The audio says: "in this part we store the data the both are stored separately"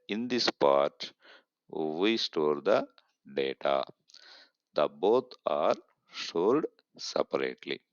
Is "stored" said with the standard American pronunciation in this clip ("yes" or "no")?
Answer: no